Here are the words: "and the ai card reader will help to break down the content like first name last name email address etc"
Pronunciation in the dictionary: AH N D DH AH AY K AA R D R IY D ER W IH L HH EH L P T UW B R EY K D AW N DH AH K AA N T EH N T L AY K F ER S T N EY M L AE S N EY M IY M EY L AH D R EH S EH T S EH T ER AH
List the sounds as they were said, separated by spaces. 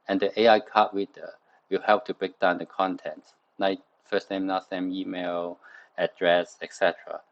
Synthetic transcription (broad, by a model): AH N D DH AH AY K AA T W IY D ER W IH L HH EH L P T UW B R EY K D AW N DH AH K AA N T EH N T N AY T F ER S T N EY M N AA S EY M IY M EY L AH D R EH S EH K S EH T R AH